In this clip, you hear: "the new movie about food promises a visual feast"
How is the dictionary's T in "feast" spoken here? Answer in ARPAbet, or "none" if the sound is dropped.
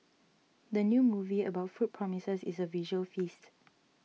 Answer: T